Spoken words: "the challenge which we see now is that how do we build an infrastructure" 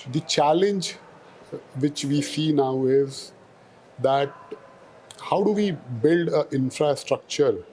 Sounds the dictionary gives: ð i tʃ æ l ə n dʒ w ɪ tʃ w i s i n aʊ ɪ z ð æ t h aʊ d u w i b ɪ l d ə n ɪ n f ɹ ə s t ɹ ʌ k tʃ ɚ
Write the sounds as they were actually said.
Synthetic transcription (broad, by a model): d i tʃ æ l ə n dʒ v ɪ tʃ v i s i n aʊ ɪ z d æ t h aʊ d u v i b ɪ l d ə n ɪ n f ɹ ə s t ɹ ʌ k tʃ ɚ